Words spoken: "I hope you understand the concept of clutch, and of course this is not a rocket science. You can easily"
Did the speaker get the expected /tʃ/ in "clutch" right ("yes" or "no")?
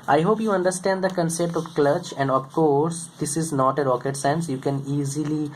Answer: yes